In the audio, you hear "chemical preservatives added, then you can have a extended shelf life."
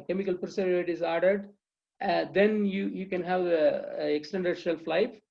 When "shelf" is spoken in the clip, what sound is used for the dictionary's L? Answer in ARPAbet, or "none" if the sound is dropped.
L